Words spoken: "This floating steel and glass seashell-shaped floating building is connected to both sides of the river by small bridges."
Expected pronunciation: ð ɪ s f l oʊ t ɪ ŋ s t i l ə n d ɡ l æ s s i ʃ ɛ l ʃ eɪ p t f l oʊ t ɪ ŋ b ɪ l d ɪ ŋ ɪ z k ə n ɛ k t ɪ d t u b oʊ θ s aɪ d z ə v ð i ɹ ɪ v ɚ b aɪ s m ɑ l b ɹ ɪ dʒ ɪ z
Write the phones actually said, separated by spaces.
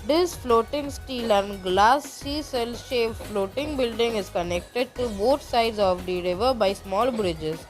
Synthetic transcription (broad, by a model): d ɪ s f l oʊ t ɪ ŋ s t i l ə n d ɡ l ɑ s s i s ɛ l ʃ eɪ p f l oʊ t ɪ ŋ b ɪ l d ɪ ŋ ɪ z k ə n ɛ k t ɪ d t u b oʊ t s aɪ d z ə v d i ɹ ɪ v ɚ b aɪ s m ɑ l b ɹ ɪ dʒ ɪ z